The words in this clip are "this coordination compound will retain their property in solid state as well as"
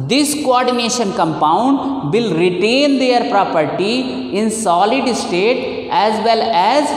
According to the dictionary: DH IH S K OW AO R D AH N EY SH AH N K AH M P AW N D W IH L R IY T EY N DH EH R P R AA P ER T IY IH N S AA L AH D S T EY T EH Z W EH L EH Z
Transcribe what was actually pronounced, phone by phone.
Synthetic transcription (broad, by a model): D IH S K OW AO R D AH N EY SH AH N K AH M P AW N D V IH L R IY T EY N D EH R P R AA P ER T IY IH N S AA L AH D S T EY T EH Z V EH L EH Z